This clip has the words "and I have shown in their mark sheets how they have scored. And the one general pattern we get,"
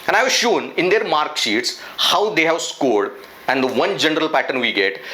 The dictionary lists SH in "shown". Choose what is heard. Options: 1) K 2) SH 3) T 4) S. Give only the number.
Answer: 2